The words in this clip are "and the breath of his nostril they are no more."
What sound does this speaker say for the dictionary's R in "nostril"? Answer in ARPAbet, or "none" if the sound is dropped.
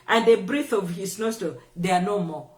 none